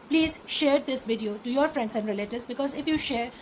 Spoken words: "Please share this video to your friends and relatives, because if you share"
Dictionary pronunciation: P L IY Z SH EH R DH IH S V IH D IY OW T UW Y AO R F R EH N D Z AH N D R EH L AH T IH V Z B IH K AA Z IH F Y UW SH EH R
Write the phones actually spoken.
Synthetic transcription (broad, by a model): P L IY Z SH EH R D IH S V IH D IY OW T UW Y AO R F R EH N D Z AH N D R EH L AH T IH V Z B IH K AA Z IH F Y UW SH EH R